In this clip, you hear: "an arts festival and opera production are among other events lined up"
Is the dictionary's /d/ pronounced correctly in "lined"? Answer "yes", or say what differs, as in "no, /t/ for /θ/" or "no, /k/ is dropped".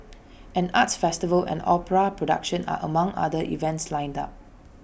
yes